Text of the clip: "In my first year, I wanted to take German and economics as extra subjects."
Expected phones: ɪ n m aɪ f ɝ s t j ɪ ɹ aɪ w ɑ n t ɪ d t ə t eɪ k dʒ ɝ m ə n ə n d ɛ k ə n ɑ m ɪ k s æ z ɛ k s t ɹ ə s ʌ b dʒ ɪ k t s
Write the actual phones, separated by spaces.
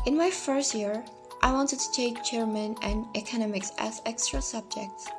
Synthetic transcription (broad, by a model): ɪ n m aɪ f ɝ s t j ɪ ɹ aɪ w ɑ n t ɪ d t ə t eɪ k tʃ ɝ m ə n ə n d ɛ k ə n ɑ m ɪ k s æ z ɛ k s t ɹ ə s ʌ b dʒ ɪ k t s